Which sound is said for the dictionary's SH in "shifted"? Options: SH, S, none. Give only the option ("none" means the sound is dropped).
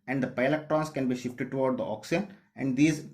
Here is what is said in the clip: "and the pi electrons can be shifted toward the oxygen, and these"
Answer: SH